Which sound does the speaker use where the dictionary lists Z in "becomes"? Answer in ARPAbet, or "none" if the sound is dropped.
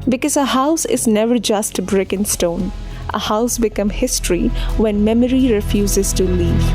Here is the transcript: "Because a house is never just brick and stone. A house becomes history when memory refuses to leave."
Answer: none